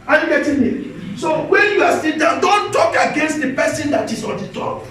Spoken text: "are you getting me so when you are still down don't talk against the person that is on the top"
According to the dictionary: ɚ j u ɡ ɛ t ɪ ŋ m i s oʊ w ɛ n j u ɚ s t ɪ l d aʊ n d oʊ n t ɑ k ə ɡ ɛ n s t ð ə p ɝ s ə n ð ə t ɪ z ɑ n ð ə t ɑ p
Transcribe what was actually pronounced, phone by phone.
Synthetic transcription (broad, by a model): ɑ j u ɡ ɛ t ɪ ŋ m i s oʊ w ɛ n j u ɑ s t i n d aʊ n d oʊ n t ɑ k ə ɡ ɛ n s t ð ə p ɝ s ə n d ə t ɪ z ɑ n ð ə t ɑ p